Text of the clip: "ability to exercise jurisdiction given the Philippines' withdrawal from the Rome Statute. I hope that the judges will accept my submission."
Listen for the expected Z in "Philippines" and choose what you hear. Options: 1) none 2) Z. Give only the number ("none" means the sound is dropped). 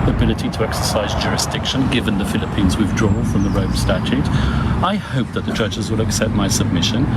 2